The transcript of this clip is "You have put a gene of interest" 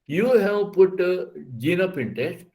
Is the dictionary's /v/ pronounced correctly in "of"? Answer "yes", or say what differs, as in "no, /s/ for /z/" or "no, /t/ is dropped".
no, /p/ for /v/